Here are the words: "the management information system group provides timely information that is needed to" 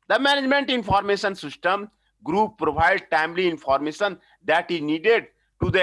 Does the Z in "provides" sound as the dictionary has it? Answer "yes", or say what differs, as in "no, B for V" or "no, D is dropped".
no, Z is dropped